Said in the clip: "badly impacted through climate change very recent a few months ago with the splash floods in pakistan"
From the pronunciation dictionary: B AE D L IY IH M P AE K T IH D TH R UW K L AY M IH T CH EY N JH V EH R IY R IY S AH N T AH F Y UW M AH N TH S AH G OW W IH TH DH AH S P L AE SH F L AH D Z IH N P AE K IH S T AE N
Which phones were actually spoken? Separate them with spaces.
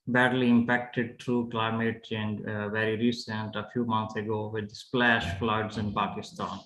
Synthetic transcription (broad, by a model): B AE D L IY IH M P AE K T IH D T R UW K L AY M IH T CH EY N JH V EH R IY R IY S AH N T AH F Y UW M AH N T S AH G OW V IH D S P L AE SH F L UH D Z IH N P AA K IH S T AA N